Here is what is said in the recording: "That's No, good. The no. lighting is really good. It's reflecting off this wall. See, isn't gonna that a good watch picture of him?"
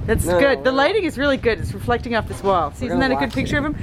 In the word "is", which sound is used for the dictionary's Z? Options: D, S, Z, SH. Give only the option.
Z